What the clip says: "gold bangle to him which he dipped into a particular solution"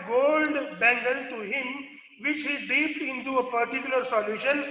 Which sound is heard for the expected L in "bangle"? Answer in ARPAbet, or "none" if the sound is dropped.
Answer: N